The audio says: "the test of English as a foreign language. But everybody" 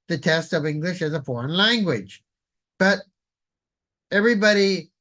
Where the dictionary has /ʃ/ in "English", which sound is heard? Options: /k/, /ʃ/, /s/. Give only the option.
/ʃ/